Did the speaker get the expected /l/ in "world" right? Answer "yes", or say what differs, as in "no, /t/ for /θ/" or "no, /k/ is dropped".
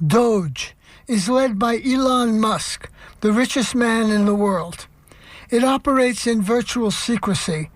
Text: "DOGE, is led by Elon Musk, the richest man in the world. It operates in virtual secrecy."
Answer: yes